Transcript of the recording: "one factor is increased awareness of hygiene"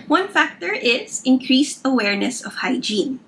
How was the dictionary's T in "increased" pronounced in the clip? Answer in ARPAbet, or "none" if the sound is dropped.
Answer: T